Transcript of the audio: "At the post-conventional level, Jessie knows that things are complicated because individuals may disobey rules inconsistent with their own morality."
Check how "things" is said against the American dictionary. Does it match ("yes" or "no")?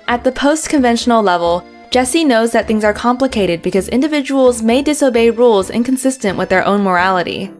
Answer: yes